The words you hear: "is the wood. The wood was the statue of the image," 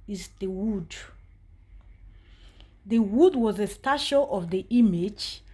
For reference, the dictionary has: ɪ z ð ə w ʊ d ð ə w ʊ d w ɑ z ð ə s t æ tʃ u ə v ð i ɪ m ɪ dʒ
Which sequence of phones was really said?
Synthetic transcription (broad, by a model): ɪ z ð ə w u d ð ə w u d w ɑ z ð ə s t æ ʃ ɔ ə v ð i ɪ m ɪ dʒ